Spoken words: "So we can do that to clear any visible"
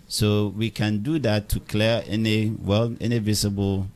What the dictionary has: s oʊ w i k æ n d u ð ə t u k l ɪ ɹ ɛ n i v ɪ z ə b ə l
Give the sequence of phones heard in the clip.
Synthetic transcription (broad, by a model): s oʊ w i k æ n d u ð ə t u k l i w ɛ n i v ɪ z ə b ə l